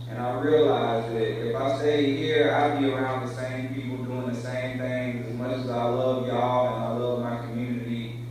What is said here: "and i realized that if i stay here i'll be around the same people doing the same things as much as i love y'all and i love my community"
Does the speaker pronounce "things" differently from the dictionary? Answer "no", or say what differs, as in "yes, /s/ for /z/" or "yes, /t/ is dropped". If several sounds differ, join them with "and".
yes, /z/ is dropped